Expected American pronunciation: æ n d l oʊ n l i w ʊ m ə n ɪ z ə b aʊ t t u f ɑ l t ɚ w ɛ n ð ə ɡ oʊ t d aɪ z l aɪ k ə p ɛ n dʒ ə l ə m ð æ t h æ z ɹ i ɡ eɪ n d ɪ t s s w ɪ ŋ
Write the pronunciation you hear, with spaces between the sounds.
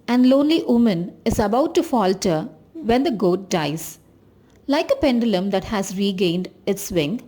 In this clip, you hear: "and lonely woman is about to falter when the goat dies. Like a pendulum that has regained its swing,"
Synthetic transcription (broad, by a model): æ n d l oʊ n l i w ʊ m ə n ɪ z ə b aʊ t t u f ɑ l t ɚ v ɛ n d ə ɡ oʊ t d aɪ z l aɪ k ə p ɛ n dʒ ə l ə m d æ t h æ z ɹ i ɡ eɪ n d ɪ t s s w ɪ ŋ